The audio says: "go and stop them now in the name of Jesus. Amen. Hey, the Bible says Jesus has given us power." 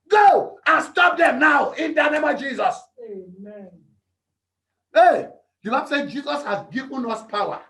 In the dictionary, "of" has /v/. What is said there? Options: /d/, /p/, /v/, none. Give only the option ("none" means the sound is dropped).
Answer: /v/